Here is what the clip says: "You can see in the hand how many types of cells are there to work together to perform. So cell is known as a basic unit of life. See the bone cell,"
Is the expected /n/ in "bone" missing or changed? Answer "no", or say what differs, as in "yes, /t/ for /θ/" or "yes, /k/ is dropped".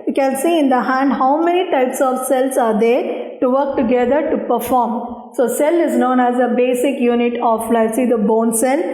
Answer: no